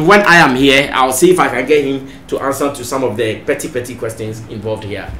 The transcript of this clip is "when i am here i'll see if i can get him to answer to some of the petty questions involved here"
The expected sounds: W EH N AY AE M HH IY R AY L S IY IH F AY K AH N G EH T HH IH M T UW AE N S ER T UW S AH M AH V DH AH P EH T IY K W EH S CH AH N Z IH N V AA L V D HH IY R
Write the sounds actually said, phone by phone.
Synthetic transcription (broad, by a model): W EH N AY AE M HH IY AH AY W S IY IH F AY K AH N G EH T HH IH M T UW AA N S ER T UW S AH M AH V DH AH P EH T IY K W EH S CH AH N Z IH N V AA L V D HH IY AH